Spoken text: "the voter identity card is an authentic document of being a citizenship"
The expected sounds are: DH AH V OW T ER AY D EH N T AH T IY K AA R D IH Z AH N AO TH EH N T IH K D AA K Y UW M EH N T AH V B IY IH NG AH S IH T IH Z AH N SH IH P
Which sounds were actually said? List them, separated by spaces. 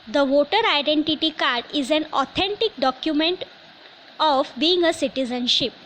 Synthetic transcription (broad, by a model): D AH V OW T ER AY D EH N T AH T IY K AA R D IH Z AH N AO T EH N T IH K D AA K Y UW M EH N T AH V B IY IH NG AH S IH T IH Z AH N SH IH P